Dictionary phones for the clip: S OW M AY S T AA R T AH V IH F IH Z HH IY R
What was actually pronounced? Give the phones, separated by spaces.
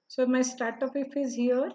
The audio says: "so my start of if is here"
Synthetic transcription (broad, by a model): S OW M AY S T AA R T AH P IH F IH Z HH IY R